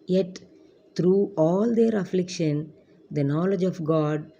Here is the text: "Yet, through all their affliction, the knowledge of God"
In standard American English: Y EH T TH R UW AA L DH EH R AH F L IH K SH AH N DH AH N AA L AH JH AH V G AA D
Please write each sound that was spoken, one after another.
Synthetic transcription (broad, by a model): Y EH T T R UW AA L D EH R AH F L IH K SH AH N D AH N AA L AH JH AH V G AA D